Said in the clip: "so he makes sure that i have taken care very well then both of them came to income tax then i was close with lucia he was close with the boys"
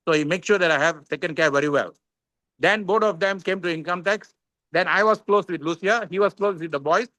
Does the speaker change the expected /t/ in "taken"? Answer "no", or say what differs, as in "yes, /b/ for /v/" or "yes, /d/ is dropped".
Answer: yes, /s/ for /t/